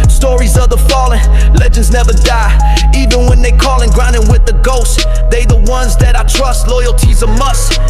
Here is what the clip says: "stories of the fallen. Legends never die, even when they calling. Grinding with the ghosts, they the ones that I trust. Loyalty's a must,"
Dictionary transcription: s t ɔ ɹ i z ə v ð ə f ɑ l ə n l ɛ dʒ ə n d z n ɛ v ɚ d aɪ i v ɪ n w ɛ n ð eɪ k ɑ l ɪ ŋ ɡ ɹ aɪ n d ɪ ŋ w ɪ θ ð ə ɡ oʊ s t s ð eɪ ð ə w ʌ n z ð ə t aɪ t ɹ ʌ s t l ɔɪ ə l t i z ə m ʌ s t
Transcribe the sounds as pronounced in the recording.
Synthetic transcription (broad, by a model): s t ɔ ɹ i z ə v ð ə f ɑ l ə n l ɛ dʒ ə n d z n ɛ v ɚ d aɪ i v ɪ n w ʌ n ð eɪ k ɑ l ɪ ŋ ɡ ɹ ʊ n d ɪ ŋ w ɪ ð ə ɡ oʊ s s ð eɪ ð ə w ʌ n z ð ə t aɪ t ɹ ʌ s t l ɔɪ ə l t i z ə m ʌ s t